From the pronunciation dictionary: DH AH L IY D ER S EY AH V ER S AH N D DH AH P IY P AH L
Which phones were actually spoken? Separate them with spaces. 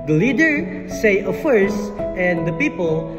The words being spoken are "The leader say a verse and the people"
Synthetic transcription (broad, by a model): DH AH L IY D ER S EY AH F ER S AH N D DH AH P IY P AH L